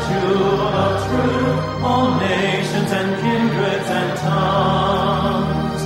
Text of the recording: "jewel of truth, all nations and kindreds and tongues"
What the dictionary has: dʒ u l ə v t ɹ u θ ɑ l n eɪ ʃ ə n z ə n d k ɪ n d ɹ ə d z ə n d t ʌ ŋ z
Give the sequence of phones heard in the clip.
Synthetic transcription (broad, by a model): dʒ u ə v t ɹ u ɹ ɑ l n eɪ ʃ ə n z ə n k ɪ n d ɹ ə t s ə n t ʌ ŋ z